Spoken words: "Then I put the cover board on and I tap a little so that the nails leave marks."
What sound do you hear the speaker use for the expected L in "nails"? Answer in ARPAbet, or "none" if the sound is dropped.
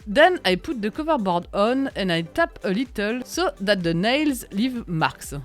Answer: L